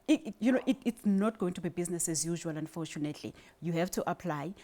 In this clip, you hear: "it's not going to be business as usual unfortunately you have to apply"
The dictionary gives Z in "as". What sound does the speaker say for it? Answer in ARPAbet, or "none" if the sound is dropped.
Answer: Z